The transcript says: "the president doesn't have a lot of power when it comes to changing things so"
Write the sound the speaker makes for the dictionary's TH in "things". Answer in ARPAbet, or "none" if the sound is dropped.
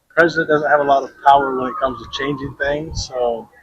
TH